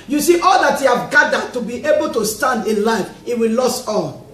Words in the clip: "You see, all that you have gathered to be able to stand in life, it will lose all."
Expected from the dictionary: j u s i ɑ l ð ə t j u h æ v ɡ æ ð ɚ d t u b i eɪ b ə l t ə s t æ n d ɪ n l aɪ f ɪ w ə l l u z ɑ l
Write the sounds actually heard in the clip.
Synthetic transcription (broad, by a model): j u s i ɑ l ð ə t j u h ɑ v ɡ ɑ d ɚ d t u b i eɪ b ə l t ə s t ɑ n d ɪ n l aɪ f ɪ w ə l l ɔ s ɑ l